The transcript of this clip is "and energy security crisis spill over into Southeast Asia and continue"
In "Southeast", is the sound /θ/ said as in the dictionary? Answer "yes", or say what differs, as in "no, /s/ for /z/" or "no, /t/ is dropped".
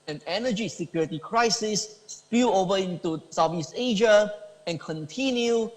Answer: no, /f/ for /θ/